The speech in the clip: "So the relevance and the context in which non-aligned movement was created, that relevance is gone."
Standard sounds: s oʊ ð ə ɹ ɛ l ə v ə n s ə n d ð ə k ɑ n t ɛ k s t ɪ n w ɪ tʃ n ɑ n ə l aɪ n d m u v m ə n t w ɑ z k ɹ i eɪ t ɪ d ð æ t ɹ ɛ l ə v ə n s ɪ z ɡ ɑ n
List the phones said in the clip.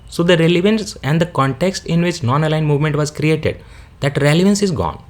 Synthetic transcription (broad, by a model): s oʊ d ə ɹ ɛ l ə v ə n s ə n d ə k ɑ n t ɛ k s t ɪ n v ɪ tʃ n ɑ n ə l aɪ n m u v m ə n t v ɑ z k ɹ i eɪ t ɪ d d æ t ɹ ɛ l ə v ə n s ɪ z ɡ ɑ n